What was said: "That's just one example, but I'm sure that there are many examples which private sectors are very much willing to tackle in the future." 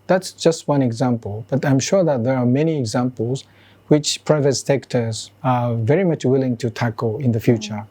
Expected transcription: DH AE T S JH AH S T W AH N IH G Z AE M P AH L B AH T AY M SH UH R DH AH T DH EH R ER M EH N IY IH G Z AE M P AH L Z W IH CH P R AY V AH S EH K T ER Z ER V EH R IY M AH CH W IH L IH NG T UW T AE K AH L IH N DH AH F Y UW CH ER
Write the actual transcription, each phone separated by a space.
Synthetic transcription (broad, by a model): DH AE T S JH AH S T W AH N IH G Z AE M P AH L B AH T AY M SH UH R DH AH T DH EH R M EH N IY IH G Z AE M P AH L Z W IH CH P R AY V AH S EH K T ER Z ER V EH R IY M AH CH W IH L IH NG T UW T AE K AH L IH N DH AH F Y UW CH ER